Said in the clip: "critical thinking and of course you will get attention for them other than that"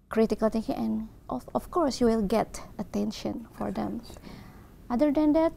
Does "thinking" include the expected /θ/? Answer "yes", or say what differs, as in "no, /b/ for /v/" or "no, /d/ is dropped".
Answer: no, /t/ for /θ/